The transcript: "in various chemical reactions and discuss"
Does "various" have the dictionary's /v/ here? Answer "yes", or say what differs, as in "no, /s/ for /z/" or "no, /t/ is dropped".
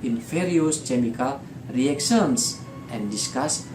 no, /f/ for /v/